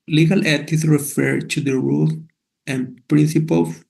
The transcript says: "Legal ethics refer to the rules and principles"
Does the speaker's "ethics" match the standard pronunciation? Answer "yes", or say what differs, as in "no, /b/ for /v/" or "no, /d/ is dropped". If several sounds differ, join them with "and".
no, /t/ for /θ/ and /k/ is dropped